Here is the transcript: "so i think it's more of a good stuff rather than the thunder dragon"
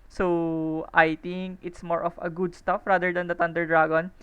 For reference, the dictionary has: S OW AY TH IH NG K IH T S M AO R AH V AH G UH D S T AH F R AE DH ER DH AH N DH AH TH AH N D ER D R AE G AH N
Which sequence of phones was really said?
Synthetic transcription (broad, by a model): S OW AY T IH NG K IH T S M AO R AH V AH G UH D S T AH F R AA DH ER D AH N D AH T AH N D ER D R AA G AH N